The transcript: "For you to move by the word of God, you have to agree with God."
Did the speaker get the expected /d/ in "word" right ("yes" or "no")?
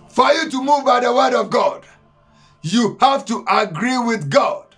yes